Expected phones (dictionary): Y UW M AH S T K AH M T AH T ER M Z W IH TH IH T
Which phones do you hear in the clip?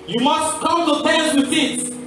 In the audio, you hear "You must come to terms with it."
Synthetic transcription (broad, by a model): Y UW M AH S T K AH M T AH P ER Z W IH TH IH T